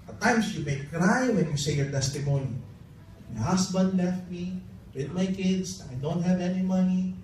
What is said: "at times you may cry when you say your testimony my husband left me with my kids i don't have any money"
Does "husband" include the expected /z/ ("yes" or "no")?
no